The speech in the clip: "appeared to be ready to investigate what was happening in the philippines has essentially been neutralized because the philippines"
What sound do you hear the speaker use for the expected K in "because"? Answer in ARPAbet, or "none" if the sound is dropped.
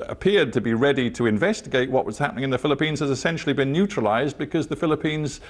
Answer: K